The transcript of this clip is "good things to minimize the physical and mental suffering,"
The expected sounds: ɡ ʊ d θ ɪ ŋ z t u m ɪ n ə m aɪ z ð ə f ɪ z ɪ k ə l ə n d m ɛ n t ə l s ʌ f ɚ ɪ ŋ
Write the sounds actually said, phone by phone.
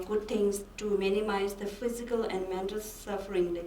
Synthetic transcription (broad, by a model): ɡ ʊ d t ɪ ŋ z t u m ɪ n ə m aɪ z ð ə f ɪ z ɪ k ə l ə n d m ɛ n t ə l s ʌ f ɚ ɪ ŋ